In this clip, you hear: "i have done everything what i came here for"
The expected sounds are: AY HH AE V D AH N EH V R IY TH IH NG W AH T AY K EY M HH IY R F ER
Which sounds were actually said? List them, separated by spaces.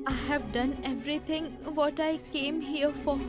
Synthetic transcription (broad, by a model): AY HH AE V D AH N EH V R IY T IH NG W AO T AY K EY M HH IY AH F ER